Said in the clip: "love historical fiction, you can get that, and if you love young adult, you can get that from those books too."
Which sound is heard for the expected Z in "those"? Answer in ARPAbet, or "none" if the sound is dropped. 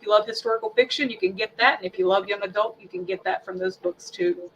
Z